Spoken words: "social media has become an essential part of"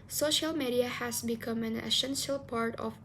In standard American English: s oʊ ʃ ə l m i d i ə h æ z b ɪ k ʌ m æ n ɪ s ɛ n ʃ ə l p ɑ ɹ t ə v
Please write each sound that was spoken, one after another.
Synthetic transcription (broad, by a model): s oʊ ʃ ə l m i d i ə h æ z b ɪ k ʌ m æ n ɪ s ɛ n ʃ ə l p ɑ ɹ t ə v